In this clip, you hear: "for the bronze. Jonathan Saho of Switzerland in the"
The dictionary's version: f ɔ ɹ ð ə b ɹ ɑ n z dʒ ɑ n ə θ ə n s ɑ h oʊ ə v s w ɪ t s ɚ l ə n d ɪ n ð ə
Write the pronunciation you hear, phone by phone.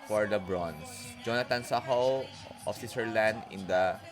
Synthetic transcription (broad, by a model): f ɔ ɹ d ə b ɹ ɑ n s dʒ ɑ n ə t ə n s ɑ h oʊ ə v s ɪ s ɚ l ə n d ɪ n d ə